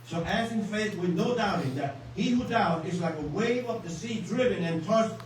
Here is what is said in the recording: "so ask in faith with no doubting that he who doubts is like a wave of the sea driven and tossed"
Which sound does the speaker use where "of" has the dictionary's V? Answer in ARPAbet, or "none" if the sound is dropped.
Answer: P